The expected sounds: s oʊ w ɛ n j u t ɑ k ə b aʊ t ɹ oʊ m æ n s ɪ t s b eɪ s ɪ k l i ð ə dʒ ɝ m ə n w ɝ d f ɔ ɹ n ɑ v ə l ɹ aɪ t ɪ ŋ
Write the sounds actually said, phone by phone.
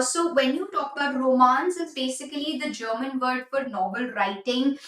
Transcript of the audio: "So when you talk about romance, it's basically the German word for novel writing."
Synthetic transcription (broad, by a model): s oʊ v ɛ n j u t ɑ k ə b aʊ t ɹ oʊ m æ n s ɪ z b eɪ s ɪ k l i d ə dʒ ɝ m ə n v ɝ d f ɔ ɹ n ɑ b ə l ɹ aɪ t ɪ ŋ